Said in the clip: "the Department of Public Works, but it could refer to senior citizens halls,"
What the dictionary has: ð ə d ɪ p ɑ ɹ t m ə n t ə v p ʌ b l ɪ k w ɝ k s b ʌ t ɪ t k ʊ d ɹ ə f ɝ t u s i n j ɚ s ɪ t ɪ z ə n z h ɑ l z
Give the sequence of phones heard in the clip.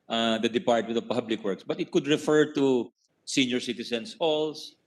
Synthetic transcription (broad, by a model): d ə d ɪ p ɑ ɹ t m ə n t ə v p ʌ b l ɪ k w ɝ k s b ʌ t ɪ t k ʊ d ɹ ə f ɝ t u s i n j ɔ s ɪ t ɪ s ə n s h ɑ l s